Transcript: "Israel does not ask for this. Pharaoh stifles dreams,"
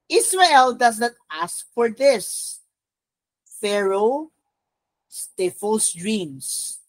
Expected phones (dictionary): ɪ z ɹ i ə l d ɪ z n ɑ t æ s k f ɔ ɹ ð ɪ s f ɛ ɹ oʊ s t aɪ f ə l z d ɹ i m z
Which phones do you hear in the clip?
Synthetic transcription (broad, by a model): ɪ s ɹ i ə l d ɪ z n ɑ t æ s k f ɔ ɹ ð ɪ s f ɛ ɹ oʊ s t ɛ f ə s d ɹ i m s